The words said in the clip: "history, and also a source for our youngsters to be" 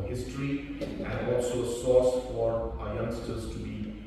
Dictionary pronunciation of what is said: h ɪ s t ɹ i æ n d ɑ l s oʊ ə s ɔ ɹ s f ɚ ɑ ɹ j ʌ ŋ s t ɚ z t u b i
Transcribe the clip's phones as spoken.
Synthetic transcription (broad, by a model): h ɪ s t ɹ i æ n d ɑ l s oʊ ə s ɔ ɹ s f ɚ ɑ ɹ j ʌ ŋ s t ɚ z t u b i